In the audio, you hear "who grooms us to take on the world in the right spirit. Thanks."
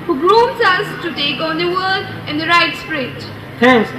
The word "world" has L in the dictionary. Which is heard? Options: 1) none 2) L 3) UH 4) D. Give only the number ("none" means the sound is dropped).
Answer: 1